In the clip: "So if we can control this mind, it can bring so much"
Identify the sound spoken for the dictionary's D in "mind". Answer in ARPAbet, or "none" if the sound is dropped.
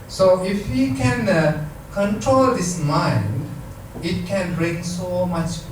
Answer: D